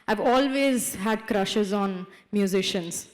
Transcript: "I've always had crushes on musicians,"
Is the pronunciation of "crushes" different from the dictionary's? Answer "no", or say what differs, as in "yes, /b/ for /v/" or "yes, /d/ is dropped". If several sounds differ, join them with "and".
no